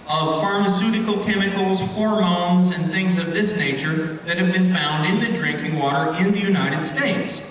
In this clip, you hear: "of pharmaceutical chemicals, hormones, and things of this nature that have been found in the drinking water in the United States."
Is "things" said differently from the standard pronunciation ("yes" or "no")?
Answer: no